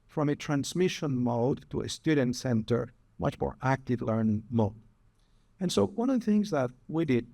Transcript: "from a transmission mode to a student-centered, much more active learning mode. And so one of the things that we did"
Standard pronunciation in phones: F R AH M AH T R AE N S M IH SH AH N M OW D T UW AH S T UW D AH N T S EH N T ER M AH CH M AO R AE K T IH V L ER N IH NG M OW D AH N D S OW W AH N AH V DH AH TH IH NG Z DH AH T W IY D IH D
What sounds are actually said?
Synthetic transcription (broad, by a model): F R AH M AH T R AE N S M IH SH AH N M OW D T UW AH S T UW D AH N T S EH N T ER M AH CH M AO R AE K T IH V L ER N M OW D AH N S OW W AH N AH V DH AH TH IH NG Z DH AH T W IY D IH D